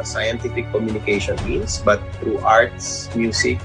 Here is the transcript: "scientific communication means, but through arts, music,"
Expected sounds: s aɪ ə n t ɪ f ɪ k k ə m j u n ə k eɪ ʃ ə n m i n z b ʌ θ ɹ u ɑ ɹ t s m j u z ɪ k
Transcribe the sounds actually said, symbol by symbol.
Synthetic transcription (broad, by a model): s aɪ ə n t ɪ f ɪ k k ə m j u n ə k eɪ ʃ ə n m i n s b ʌ t ɹ u ɑ ɹ t s m j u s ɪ k